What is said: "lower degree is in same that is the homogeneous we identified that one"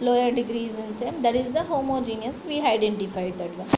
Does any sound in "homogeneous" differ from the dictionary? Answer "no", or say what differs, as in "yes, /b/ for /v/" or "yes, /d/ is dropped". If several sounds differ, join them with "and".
no